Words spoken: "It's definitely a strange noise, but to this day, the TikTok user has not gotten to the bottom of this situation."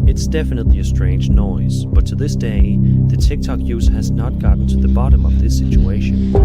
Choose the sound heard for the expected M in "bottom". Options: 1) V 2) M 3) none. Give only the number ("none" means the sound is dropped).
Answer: 2